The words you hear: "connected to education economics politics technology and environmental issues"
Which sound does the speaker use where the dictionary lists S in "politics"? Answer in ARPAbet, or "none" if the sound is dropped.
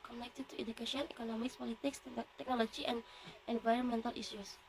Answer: S